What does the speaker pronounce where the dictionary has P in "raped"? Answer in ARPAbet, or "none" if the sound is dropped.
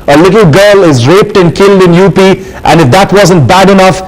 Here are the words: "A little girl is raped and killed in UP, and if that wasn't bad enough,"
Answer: P